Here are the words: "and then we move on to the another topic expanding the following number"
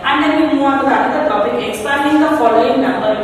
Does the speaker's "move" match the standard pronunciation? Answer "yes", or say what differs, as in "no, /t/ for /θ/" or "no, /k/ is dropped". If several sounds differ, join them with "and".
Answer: no, /v/ is dropped